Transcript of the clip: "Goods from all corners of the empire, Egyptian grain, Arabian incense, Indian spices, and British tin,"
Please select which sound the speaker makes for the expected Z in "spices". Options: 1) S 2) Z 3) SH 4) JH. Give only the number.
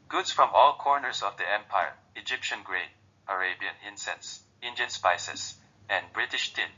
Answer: 1